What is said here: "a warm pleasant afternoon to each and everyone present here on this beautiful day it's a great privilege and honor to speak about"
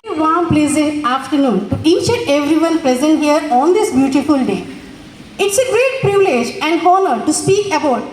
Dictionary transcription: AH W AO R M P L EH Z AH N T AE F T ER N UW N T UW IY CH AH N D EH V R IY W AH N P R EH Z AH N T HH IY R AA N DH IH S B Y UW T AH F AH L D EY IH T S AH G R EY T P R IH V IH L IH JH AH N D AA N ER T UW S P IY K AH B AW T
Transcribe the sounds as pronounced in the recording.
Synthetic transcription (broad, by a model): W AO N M P L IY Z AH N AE F T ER N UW N T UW IY CH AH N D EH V R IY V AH N P R EH Z AH N T HH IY R AA N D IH S B Y UW T AH F AH L D EY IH T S AH G R EY T P R IH V IH L IH JH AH N D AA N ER T UW S P IY K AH B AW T